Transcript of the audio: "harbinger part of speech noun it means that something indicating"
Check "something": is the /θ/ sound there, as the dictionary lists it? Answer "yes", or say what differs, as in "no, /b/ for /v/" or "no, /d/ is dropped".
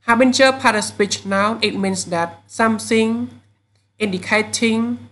no, /s/ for /θ/